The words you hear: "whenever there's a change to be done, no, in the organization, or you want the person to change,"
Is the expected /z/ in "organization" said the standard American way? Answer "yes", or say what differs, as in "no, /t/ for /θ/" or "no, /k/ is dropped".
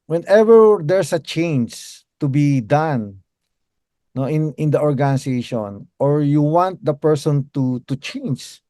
no, /s/ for /z/